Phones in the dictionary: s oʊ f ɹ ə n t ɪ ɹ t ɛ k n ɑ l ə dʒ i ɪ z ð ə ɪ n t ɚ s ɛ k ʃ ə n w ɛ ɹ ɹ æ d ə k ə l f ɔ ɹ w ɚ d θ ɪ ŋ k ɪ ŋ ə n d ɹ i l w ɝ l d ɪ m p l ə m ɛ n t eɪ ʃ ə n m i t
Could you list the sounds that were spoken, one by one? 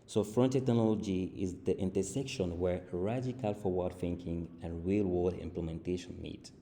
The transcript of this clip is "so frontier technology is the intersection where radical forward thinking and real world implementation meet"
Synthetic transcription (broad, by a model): s oʊ f ɹ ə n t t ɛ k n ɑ l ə dʒ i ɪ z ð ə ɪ n t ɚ s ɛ k ʃ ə n w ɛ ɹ ɹ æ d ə k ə l f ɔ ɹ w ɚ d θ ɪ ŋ k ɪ ŋ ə n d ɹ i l w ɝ d ɪ m p l ə m ɛ n t eɪ ʃ ə n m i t